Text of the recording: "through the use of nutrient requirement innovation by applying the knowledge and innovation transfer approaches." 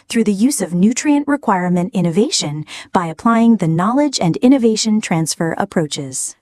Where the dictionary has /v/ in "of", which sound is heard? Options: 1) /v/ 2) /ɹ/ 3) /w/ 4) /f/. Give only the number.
1